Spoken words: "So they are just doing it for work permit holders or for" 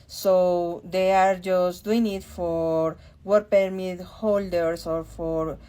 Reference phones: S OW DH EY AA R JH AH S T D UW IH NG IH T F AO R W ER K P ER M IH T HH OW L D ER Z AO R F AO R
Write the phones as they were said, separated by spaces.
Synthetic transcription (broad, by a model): S OW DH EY AA R JH AH S T D UW IH NG IH T F AO R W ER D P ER M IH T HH OW L D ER S AO R F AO R